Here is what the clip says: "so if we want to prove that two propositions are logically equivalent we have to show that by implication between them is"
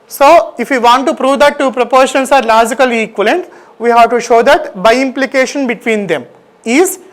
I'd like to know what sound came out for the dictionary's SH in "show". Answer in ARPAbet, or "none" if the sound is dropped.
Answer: SH